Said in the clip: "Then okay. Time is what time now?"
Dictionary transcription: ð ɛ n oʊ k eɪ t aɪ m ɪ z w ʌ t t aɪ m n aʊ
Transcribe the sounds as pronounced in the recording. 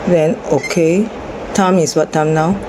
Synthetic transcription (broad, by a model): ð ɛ n oʊ k eɪ t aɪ m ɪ s w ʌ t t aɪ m n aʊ